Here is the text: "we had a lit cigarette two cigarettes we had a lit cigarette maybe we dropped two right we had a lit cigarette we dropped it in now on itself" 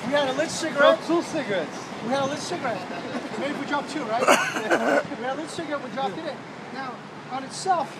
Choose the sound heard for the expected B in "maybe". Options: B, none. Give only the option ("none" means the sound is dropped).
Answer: none